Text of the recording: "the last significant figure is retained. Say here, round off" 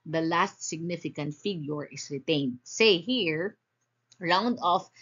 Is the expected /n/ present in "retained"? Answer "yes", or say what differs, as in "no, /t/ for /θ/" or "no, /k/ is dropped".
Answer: yes